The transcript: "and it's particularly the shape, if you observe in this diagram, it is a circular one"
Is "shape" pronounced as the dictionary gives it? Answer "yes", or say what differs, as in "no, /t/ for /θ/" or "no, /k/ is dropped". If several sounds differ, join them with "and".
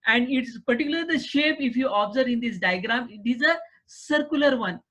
yes